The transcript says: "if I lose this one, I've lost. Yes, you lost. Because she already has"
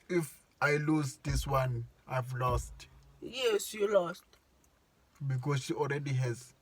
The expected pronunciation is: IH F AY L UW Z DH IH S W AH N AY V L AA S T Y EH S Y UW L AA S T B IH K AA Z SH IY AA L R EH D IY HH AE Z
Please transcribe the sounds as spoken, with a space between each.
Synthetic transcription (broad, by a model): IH F AY L UW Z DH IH S W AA N AY V L AA S T Y EH S Y UW L AA S T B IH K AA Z SH IY AA L R EH D IY HH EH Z